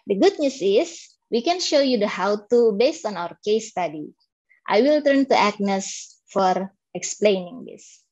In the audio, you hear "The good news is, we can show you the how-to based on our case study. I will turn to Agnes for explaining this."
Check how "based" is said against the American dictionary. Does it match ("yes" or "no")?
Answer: yes